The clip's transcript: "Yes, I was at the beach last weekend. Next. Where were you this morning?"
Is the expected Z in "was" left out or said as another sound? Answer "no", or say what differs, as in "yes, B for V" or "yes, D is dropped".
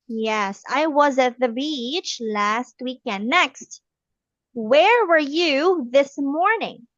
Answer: no